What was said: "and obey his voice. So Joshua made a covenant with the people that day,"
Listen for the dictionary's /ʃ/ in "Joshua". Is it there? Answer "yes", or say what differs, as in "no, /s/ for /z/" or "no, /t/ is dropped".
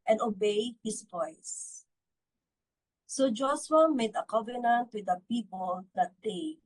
no, /s/ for /ʃ/